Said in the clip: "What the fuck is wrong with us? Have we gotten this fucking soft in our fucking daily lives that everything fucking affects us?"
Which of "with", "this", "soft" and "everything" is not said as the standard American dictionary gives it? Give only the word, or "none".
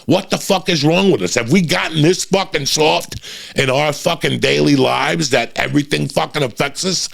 none